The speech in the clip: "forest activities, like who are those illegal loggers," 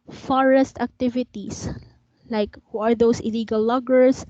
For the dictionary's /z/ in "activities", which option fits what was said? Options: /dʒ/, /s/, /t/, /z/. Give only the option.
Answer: /s/